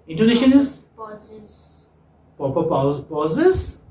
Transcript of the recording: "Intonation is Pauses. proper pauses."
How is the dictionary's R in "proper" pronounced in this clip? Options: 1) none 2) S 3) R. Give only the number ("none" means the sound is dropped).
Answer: 1